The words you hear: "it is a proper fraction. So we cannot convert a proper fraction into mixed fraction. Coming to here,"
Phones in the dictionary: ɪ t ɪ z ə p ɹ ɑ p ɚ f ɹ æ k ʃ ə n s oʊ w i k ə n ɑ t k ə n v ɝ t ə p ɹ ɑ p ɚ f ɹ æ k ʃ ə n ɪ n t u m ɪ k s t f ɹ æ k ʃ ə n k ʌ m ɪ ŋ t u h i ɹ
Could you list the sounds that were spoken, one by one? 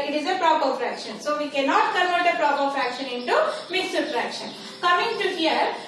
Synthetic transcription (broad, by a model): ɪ t ɪ z ə p ɹ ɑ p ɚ f ɹ æ k ʃ ə n s oʊ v i k ə n ɑ t k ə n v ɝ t ə p ɹ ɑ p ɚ f ɹ æ k ʃ ə n ɪ n t u m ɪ s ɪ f ɹ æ k ʃ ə n k ʌ m ɪ ŋ t u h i ɹ